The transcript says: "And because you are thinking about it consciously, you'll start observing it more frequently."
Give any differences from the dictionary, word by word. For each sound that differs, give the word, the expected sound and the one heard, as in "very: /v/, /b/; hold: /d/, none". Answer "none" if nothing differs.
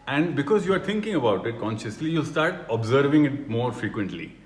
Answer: thinking: /θ/, /t/